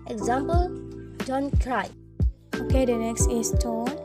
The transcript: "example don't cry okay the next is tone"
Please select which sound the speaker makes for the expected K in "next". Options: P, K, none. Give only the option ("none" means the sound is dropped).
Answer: K